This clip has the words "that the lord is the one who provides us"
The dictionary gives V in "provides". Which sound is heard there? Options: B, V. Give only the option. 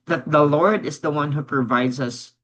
V